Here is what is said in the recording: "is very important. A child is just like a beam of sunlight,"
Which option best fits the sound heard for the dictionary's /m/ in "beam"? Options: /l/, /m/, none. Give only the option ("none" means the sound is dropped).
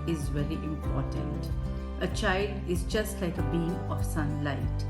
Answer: none